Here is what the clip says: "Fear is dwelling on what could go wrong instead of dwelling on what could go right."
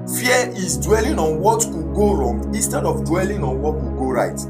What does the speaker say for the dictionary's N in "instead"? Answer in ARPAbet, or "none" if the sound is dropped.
N